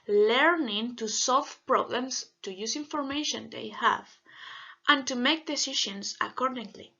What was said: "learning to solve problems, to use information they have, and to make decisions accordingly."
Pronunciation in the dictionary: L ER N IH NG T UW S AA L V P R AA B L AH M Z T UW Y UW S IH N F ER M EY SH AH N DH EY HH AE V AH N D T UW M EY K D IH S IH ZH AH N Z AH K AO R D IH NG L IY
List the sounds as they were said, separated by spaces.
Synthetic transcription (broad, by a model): L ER N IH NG T UW S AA L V P R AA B L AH M S T UW Y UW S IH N F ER M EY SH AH N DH EY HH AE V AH N T UW M EY K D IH S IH SH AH N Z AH K AO R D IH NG L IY